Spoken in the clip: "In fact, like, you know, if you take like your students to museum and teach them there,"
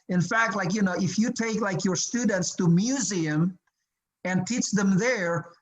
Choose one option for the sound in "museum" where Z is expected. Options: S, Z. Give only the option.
Z